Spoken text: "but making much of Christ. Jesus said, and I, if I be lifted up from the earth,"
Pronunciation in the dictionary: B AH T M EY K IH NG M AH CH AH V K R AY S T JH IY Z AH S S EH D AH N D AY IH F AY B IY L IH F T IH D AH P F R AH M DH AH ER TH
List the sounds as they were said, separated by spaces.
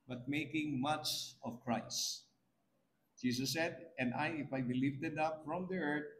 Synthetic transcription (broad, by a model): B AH T M EY K IH NG M AH CH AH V K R AY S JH IY S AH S S EH D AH N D AY IH F AY B IY L IH F T IH D AH P F R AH M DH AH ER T